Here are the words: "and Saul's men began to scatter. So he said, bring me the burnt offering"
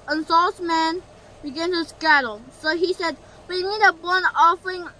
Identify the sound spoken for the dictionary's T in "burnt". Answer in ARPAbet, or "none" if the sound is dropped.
none